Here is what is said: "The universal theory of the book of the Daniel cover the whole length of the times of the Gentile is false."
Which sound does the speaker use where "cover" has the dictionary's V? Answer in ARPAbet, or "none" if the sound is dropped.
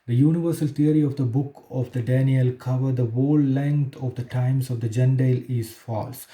V